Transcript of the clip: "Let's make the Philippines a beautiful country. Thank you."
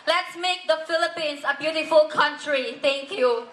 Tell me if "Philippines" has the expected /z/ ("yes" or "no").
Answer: no